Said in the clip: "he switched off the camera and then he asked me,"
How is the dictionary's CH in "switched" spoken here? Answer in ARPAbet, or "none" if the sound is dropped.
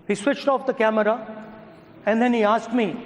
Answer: CH